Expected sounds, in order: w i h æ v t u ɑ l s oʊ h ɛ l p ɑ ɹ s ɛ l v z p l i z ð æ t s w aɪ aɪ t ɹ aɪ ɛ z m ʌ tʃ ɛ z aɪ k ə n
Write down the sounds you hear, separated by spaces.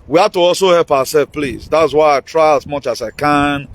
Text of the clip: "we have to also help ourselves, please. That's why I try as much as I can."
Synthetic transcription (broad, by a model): w i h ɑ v t u ɑ l s oʊ h ɛ l p ɑ w s ɛ l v p l i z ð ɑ t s w aɪ aɪ t ɹ aɪ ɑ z m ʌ tʃ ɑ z aɪ k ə n